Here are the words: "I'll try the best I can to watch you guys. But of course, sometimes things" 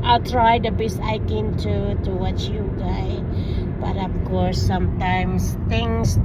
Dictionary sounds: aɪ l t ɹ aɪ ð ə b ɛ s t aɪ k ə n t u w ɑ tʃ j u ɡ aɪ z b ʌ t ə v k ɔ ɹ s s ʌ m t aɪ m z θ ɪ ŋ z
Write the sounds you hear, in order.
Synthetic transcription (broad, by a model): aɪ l t ɹ aɪ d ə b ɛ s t aɪ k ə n t u w ɑ tʃ j u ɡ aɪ b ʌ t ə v k ɔ ɹ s s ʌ m t aɪ m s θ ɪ ŋ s